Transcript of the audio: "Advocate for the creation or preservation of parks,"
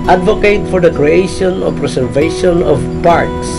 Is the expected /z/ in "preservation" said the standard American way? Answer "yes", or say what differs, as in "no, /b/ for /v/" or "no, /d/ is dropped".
no, /s/ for /z/